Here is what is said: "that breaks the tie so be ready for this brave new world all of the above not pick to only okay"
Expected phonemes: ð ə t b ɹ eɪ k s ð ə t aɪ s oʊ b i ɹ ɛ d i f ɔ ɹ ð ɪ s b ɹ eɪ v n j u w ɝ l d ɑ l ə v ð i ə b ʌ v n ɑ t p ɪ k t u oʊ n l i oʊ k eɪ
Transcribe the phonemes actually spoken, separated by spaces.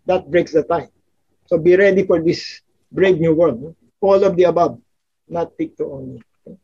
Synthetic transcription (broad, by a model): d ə t b ɹ eɪ k s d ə t aɪ s oʊ b i ɹ ɛ d i f ɔ ɹ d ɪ s b ɹ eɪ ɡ n j u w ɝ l ɑ l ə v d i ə b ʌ b n ɑ t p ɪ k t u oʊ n i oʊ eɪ